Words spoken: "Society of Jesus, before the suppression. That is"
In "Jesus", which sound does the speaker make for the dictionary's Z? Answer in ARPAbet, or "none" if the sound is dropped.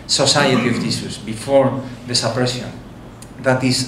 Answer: S